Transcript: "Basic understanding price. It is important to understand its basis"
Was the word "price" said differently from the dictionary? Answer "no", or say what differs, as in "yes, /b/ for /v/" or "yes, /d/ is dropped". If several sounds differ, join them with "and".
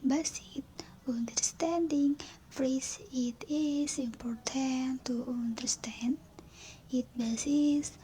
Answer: yes, /f/ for /p/